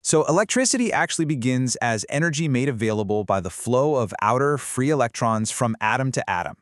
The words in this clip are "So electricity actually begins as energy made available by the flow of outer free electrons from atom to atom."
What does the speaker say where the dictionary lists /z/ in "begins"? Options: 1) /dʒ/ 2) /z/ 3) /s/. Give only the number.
2